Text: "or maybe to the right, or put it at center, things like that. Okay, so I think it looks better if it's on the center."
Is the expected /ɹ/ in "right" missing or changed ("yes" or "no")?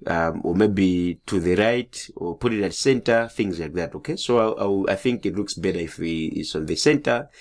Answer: no